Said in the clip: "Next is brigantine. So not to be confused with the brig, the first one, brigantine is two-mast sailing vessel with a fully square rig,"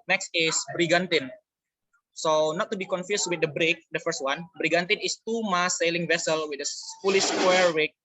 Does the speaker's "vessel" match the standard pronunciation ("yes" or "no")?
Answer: yes